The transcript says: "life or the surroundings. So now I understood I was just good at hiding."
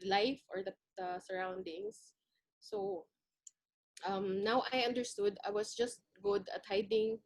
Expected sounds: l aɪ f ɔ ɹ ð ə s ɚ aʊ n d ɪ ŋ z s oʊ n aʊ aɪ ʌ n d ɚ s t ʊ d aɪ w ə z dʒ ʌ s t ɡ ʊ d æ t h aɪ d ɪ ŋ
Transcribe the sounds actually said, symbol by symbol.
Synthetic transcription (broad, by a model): l aɪ f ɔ ɹ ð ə s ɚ aʊ n d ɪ ŋ s oʊ n aʊ aɪ ʌ n d ɚ s t ʊ d aɪ w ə s dʒ ʌ s t ɡ ʊ d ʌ t h aɪ d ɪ ŋ